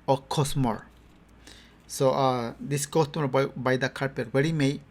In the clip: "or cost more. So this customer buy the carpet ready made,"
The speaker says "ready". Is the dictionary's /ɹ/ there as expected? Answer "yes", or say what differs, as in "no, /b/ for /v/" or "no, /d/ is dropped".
no, /w/ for /ɹ/